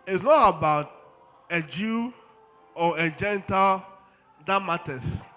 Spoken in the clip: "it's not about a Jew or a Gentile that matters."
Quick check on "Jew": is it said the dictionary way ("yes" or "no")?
yes